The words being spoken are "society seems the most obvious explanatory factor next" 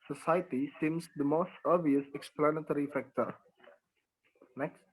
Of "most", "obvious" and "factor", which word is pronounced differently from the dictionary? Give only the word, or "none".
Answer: obvious